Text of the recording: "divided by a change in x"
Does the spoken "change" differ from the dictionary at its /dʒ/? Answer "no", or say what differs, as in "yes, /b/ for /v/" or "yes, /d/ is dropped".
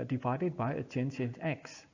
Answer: yes, /ʃ/ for /dʒ/